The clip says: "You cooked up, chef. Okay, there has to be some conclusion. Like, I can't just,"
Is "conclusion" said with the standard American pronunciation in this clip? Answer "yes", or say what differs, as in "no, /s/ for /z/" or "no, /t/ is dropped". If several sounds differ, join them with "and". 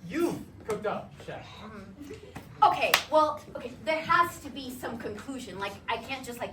yes